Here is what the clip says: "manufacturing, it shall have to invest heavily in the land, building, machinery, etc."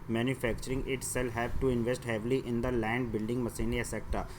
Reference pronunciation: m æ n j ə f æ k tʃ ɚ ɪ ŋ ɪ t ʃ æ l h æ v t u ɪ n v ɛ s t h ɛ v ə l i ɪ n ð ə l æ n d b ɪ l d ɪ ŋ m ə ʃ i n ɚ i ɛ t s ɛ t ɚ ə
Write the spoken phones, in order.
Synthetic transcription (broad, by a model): m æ n j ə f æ k tʃ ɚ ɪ ŋ ɪ t s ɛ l h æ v t u ɪ n v ɛ s t h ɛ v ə l i ɪ n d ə l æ n d b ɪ l d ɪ ŋ m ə s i n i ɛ s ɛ t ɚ